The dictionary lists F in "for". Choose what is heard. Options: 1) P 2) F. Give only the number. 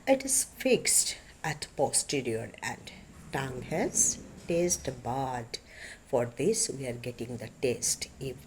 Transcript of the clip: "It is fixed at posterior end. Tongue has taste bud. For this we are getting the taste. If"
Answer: 2